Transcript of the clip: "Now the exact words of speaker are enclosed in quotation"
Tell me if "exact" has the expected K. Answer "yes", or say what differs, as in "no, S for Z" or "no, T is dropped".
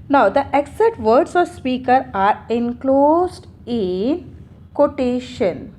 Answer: no, K is dropped